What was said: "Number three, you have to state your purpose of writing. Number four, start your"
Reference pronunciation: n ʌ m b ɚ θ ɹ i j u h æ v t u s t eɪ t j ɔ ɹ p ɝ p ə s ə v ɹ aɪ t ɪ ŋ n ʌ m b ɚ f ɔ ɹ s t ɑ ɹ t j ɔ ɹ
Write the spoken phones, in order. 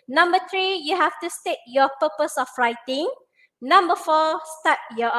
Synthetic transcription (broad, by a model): n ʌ m b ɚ t ɹ i j u h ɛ f t u s t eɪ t j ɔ p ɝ p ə s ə f ɹ aɪ t ɪ ŋ n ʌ m b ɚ f ɔ s t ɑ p j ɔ